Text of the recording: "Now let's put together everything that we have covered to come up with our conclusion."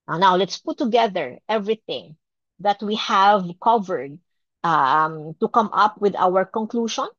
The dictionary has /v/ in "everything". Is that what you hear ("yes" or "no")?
yes